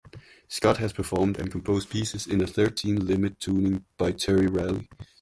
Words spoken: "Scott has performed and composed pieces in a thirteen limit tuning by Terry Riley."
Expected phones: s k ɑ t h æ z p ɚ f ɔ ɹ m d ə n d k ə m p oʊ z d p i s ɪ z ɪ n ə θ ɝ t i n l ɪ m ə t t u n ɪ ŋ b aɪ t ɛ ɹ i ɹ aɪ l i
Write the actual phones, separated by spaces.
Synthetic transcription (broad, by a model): s k ɑ t h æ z p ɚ f ɔ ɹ m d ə n k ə m p oʊ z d p i s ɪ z ɪ n ə θ ɝ t i n l ɪ m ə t t u n ɪ ŋ b aɪ t ɛ ɹ i ɹ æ l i